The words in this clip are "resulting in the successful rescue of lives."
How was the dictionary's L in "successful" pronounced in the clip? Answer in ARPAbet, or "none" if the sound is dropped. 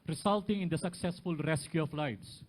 L